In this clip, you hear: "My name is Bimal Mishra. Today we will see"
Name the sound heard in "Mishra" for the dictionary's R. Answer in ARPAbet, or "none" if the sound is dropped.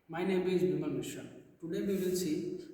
none